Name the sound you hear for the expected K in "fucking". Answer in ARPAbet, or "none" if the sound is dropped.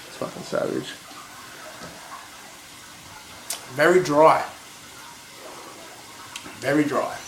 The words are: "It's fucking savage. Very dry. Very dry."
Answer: none